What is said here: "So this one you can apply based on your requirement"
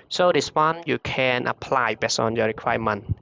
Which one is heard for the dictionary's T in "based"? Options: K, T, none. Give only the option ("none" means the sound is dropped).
none